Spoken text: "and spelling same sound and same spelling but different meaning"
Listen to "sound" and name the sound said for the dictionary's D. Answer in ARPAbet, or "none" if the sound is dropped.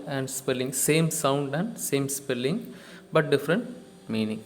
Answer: D